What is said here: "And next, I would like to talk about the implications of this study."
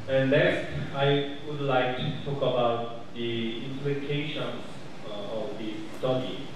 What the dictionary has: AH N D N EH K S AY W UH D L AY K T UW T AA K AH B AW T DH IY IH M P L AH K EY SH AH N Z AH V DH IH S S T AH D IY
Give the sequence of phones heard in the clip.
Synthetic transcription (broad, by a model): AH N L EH S AY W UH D L AY K T UW T AA K AH B AW T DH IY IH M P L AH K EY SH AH N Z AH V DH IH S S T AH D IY